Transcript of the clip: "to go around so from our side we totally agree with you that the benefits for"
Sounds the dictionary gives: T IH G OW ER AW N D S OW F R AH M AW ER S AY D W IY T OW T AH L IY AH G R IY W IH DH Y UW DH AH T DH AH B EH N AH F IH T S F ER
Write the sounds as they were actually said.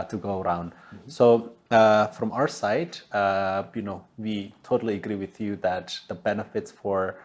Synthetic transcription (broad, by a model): T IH G OW ER AW N D S OW F R AH M AW ER S AY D W IY T OW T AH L IY AH G R IY W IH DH Y UW DH AH T DH AH B EH N AH F IH T S F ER